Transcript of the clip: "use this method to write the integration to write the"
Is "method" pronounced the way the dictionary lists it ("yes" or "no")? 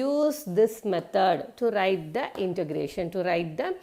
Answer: no